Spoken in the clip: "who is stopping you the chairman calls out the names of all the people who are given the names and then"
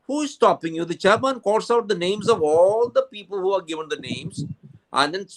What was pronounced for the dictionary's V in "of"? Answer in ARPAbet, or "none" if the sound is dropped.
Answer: V